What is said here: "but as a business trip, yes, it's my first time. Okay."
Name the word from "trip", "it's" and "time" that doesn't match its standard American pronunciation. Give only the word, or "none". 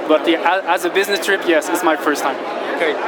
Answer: none